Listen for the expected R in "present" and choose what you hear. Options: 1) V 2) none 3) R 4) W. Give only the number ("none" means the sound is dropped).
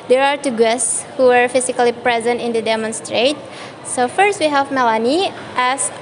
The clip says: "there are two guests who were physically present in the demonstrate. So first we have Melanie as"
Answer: 3